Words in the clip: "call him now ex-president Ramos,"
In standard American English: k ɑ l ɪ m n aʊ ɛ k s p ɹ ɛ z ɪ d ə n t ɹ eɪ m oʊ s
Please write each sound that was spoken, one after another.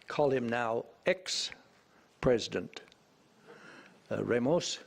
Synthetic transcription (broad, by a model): k ɑ l ɪ m n aʊ ɛ k s p ɹ ɛ z ɪ d ə n t ɹ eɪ m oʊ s